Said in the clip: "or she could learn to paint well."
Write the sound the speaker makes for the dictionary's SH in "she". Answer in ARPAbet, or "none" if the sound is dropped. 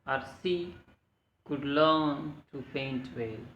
S